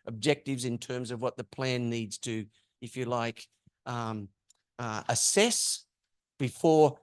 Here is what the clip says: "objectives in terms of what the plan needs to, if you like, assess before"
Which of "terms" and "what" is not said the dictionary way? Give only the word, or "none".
none